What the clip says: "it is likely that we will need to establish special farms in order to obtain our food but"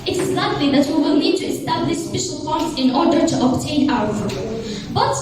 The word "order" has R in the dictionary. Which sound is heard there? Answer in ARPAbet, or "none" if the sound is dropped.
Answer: R